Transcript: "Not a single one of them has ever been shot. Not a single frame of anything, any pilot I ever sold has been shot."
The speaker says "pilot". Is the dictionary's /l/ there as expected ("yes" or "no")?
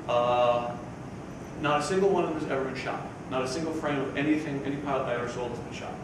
no